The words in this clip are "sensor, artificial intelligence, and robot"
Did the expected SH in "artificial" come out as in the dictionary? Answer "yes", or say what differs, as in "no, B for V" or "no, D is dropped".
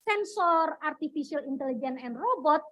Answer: no, S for SH